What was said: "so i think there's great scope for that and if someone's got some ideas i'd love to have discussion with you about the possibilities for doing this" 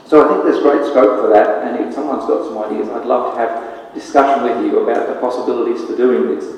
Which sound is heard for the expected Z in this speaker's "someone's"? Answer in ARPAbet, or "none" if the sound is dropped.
Z